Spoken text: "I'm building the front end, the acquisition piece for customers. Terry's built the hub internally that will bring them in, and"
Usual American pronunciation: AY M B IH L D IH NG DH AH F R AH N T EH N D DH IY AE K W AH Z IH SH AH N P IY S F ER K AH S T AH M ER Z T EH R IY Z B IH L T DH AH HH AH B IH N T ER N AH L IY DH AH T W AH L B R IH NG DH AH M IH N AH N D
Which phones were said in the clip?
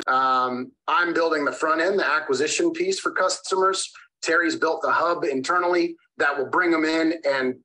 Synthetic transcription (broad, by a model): AY M B IH L D IH NG DH AH F R AH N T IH N DH IY AE K W AH Z IH SH AH N P IY S F ER K AH S T AH M ER Z T EH R IY Z B IH L T DH AH HH AH B IH N T ER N L IY DH AH T W AH L B R IH NG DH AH M IH N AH N